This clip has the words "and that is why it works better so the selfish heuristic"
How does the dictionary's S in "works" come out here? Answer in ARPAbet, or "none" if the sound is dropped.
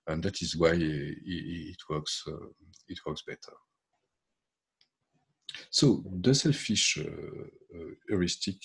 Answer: S